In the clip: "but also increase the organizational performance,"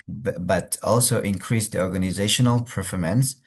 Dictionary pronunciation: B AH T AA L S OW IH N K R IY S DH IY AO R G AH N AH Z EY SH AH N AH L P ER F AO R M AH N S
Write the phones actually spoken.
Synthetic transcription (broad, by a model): B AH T AA L S OW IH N K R IY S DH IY AO R G AH N AH Z EY SH AH N AH L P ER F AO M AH N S